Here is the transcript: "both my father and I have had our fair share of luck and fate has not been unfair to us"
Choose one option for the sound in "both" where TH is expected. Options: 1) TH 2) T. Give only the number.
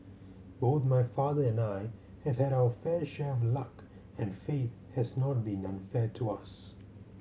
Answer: 1